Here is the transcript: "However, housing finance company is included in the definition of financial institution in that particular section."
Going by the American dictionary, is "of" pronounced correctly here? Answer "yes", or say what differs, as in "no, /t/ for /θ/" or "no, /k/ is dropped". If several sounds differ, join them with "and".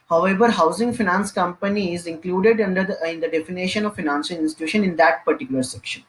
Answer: yes